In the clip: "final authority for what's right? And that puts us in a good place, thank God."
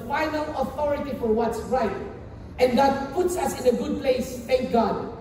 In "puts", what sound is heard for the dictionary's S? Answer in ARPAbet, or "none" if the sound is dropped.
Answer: S